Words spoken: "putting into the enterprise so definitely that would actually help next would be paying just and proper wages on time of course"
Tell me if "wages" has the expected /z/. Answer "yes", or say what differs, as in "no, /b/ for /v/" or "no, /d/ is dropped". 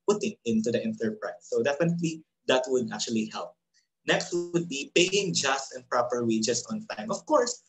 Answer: no, /s/ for /z/